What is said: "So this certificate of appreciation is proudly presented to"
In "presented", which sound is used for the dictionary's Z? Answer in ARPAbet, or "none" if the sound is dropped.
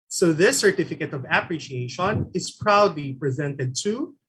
Z